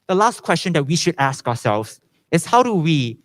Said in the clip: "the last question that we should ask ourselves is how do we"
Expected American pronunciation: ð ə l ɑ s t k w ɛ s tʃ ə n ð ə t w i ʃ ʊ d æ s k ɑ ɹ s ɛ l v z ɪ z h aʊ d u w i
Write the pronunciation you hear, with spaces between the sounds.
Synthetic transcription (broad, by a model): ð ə l ɑ s t k w ɛ s tʃ ə n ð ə t w i ʃ ʊ d æ s k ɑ s ɛ l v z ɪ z h aʊ d u w i